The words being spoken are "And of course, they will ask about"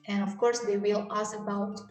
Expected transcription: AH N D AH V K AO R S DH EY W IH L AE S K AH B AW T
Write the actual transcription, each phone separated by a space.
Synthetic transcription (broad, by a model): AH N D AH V K AO R S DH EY W IH L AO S AH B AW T